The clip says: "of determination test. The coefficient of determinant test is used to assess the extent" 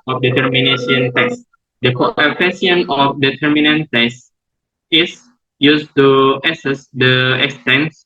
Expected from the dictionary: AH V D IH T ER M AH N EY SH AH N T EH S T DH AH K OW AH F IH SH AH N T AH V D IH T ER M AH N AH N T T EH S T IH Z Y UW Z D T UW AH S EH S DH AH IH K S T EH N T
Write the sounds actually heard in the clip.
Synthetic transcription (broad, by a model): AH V D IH T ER M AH N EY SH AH N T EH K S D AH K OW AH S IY AH N AH F D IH T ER M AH N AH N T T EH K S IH S Y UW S T UW AH S EH S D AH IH K S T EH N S